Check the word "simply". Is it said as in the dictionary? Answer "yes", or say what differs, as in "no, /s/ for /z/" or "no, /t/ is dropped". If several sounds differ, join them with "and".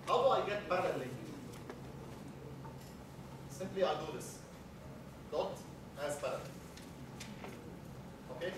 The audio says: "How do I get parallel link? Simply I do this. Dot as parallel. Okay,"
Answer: yes